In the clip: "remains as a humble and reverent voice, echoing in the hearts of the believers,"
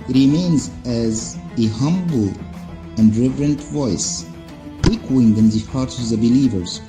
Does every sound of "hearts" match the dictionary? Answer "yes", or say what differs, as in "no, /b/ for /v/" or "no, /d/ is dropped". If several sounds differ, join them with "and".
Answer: no, /s/ is dropped